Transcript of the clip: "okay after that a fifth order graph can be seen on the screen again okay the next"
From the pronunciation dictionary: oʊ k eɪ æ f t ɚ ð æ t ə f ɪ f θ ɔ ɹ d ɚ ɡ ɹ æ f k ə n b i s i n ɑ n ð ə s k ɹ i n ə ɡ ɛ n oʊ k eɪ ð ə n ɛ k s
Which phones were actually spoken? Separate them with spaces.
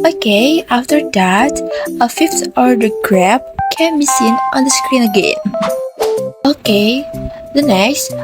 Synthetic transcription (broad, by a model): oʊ k eɪ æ f t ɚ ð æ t ə f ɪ f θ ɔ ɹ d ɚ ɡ ɹ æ p k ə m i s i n ɑ n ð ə s k ɹ i n ə ɡ ɛ n oʊ k eɪ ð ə n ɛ k s